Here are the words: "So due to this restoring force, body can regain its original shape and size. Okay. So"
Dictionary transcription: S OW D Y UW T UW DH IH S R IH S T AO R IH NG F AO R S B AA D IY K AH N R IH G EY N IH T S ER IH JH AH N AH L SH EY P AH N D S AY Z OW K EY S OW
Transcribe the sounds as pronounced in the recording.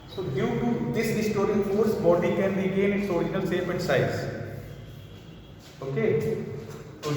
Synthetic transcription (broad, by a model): S OW D Y UW T UW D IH S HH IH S T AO R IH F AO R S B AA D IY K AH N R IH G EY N IH T S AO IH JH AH N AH L S EY F AH N D S AY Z OW K EY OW